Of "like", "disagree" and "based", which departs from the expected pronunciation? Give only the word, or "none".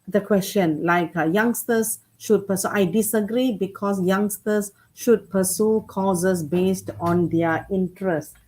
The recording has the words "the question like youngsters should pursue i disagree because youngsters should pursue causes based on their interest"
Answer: none